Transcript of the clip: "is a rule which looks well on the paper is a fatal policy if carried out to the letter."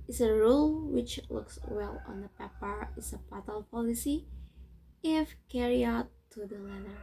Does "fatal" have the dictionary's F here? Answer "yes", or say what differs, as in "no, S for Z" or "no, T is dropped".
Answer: no, P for F